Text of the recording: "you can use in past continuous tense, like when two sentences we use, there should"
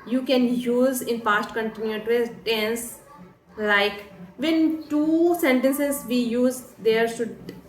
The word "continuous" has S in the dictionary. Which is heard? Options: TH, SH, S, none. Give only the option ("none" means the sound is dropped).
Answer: none